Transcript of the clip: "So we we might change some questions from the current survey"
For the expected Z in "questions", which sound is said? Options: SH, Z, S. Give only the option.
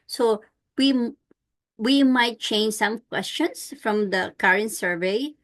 S